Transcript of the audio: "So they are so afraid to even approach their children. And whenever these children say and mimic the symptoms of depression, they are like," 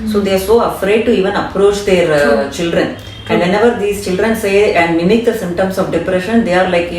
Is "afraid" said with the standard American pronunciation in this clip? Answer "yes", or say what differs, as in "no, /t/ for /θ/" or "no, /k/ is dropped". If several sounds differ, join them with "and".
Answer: yes